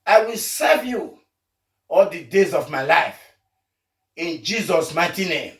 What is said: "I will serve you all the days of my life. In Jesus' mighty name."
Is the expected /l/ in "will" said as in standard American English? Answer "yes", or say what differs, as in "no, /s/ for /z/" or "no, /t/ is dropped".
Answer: yes